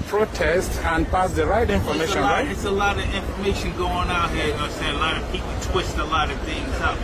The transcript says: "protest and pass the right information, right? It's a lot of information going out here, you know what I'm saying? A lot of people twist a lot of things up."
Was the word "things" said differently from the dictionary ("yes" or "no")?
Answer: no